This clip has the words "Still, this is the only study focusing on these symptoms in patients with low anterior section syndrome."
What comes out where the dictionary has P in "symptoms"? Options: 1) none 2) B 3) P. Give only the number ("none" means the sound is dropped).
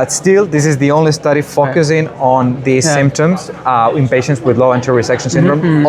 3